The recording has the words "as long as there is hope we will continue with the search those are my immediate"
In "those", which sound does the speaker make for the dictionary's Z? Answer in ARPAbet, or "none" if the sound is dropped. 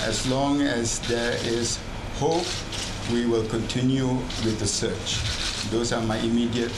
S